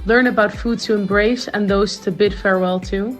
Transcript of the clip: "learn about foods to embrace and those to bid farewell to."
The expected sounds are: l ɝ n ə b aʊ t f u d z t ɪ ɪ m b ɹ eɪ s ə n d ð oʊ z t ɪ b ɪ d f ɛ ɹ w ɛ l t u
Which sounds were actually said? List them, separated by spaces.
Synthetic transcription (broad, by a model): l ɝ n ə b aʊ t f u d t ɪ ɪ m b ɹ eɪ s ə n ð oʊ z t ɪ b ɪ d f ɛ ɹ w ɛ l t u